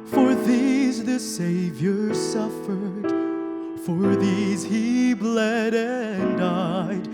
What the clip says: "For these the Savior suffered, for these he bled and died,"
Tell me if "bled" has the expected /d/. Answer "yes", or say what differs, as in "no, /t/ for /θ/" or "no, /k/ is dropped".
yes